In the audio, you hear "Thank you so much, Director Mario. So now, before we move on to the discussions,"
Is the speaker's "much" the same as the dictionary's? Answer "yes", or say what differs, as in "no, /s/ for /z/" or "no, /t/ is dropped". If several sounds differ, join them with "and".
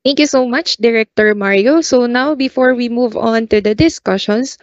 yes